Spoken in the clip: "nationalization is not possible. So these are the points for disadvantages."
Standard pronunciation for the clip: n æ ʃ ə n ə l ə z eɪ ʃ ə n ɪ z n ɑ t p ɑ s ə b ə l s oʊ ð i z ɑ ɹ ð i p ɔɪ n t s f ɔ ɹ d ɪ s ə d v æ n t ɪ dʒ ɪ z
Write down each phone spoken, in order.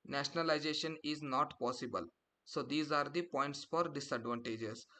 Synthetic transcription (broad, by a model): n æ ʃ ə n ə l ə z eɪ ʃ ə n ɪ z n ɑ t p ɑ s ə b ə l s oʊ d i z ɑ ɹ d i p ɔɪ n t s f ɔ ɹ d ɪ s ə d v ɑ n t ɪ dʒ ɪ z